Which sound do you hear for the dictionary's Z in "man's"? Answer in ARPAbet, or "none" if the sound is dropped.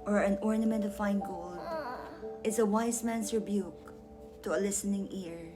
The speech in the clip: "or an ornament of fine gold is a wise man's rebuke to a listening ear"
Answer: S